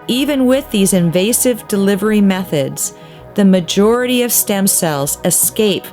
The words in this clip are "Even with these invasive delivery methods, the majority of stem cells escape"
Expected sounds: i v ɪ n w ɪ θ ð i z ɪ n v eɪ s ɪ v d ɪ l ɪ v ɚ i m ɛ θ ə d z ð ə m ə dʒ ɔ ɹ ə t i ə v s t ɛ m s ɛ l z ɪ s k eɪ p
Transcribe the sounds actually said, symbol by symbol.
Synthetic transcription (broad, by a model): i v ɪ n w ɪ ð i z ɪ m v eɪ s ɪ v d ɪ l ɪ v ɚ i m ɛ θ ə d z ð ə m ə dʒ ɔ ɹ ə t i ə v s t ɛ m s ɛ l z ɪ s k eɪ p